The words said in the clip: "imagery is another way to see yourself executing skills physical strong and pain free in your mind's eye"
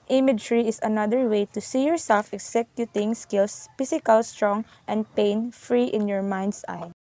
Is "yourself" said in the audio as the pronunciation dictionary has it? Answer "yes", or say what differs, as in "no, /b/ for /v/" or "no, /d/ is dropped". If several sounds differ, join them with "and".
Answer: yes